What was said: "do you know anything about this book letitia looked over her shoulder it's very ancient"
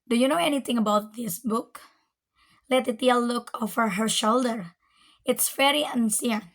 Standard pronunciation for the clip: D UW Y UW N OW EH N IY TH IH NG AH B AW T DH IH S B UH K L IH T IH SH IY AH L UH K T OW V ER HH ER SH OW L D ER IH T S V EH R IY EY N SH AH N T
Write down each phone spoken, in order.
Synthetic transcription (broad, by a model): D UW Y UW N OW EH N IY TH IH NG AH B AW T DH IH S B UH K L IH T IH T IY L L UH K OW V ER HH ER SH OW L D ER IH T S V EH R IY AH N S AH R